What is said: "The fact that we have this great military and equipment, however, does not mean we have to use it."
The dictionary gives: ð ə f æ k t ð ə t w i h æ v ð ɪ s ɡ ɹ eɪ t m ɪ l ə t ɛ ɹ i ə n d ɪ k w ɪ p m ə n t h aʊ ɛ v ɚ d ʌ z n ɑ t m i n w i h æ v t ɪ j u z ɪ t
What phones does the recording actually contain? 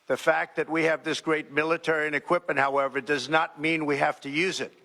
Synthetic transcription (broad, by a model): ð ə f æ k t ð ə t w i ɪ v ð ɪ s ɡ ɹ eɪ t m ɪ l ə t ɛ ɹ i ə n ɪ k w ɪ p m ə n t h aʊ ɛ v ɚ d ʌ z n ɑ t m i n w i h æ f t ɪ j u z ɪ t